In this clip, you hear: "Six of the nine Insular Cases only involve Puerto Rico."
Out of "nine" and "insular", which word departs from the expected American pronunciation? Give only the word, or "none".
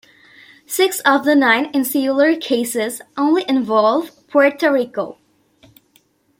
none